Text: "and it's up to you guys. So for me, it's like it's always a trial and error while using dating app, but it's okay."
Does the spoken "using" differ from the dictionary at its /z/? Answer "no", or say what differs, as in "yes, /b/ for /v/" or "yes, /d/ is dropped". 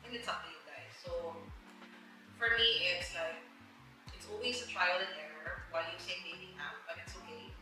yes, /s/ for /z/